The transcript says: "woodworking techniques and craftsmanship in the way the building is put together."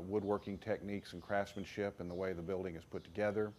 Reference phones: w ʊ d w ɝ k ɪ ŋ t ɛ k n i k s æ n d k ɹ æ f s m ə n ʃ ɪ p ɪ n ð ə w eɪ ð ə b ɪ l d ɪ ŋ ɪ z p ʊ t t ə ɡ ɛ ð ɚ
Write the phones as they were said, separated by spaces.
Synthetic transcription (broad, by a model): w ʊ d w ɝ k ɪ ŋ t ɛ k n i k s n k ɹ æ f s m ə n ʃ ɪ p ɪ n ð ə w eɪ ð ə b ɪ l d ɪ ŋ ɪ z p ʊ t t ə ɡ ɛ ð ɚ